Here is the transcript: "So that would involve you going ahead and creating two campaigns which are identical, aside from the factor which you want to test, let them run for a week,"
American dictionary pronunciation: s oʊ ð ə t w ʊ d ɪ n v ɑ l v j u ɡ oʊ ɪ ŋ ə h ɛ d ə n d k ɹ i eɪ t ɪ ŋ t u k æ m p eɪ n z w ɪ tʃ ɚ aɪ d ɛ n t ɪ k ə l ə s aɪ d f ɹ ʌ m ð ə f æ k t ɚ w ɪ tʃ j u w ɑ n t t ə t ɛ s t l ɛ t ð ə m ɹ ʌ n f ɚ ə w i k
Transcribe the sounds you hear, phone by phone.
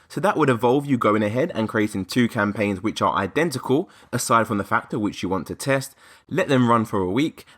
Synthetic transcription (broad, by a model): s oʊ ð ə t w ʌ d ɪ v ɑ l v j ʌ ɡ oʊ ɪ ŋ ə h ɛ d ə n k ɹ i eɪ t ɪ ŋ t u k æ m p eɪ n z w ɪ tʃ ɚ aɪ d ɛ n t ɪ k ə l ə s aɪ d f ɹ ʌ m ð ə f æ k t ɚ w ɪ tʃ j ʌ w ɑ n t t ə t ɛ s t l ɛ t ð ə m ɹ ʌ n f ɚ ə w i k